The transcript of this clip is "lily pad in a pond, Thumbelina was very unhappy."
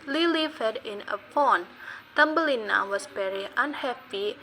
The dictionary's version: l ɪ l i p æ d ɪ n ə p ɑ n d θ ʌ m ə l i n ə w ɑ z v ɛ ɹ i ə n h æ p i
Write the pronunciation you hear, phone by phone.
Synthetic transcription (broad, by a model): l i l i f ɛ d ɪ n ə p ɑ n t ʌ m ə l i n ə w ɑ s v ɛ ɹ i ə n h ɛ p i